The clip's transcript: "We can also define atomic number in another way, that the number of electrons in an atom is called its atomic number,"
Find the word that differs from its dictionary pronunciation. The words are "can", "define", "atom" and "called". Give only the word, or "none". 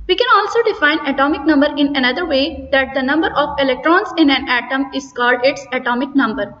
none